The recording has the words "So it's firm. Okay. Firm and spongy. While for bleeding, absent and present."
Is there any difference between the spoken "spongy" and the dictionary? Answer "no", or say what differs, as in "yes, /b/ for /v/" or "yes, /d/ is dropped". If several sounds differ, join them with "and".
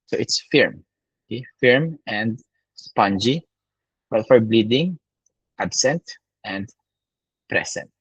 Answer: no